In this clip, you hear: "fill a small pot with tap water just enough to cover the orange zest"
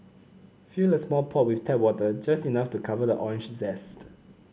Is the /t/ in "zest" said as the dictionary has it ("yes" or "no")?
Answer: yes